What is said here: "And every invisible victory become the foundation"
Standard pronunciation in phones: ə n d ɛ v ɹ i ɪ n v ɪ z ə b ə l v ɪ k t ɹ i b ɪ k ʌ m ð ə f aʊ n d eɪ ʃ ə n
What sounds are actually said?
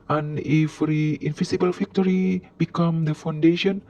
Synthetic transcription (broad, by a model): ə n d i f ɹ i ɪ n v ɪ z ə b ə l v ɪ k t ɹ i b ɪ k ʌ m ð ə f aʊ n d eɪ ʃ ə n